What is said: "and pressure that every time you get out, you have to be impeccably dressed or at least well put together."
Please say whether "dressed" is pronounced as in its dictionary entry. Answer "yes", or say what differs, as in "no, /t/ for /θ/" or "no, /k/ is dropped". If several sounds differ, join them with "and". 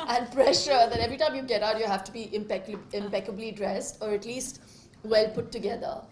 yes